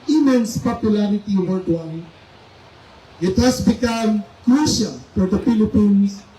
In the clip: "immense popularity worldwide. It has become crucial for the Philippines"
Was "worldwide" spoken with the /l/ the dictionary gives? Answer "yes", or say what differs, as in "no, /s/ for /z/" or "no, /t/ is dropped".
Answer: no, /l/ is dropped